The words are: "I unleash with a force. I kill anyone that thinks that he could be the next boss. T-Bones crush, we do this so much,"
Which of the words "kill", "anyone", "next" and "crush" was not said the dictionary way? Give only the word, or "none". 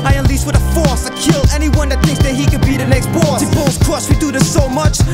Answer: crush